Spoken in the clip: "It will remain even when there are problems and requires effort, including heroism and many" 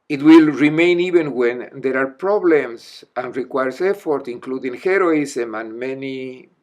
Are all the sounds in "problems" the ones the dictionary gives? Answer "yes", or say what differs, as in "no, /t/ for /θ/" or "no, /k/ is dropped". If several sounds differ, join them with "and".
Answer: no, /s/ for /z/